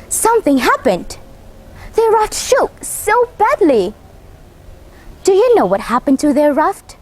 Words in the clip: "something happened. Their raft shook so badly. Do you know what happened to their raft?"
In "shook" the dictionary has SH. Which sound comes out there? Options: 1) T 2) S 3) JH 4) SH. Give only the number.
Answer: 4